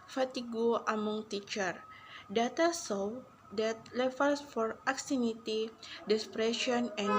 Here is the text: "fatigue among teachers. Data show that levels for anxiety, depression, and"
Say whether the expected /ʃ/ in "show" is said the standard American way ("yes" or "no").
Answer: no